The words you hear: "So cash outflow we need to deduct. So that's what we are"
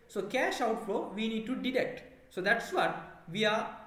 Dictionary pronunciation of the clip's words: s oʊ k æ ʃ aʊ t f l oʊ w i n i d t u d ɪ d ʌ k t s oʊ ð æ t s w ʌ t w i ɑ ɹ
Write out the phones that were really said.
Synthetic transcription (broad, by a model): s oʊ k æ ʃ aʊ t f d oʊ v i n i d t u d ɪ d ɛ k t s oʊ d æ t s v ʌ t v i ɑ ɹ